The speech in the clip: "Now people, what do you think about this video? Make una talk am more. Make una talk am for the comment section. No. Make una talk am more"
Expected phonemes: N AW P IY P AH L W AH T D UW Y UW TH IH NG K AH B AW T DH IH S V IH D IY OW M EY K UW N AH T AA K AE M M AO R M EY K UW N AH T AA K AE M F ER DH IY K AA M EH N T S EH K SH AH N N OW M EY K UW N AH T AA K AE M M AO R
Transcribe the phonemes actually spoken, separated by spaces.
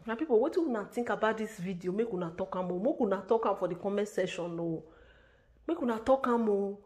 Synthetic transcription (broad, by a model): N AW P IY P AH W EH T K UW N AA T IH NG K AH B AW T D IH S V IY D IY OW M EY K UW N AH T AA K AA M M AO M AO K UW N AH T AA K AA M F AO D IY K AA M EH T S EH SH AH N N OW M EY K UW N AH T AA K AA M M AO